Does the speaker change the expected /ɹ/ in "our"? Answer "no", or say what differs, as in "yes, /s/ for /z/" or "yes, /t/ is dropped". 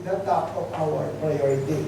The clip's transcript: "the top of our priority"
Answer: yes, /l/ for /ɹ/